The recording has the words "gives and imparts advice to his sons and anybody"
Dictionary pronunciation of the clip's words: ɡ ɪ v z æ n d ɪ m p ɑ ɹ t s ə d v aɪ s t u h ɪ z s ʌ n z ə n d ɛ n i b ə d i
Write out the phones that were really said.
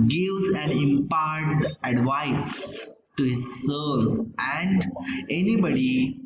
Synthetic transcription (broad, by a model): ɡ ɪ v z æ n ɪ m p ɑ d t ə d v aɪ s t u h ɪ z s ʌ z ə n d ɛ n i b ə d i